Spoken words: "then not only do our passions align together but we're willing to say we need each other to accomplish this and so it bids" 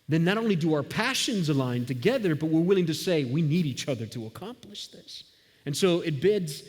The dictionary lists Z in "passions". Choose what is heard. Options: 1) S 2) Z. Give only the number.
2